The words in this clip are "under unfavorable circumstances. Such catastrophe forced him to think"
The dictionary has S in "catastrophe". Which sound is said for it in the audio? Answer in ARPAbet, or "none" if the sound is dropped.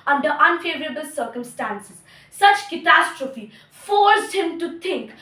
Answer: S